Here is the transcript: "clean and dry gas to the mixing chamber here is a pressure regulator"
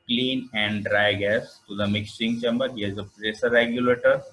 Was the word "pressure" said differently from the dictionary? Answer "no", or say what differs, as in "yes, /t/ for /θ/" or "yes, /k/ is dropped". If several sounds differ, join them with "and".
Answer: yes, /s/ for /ʃ/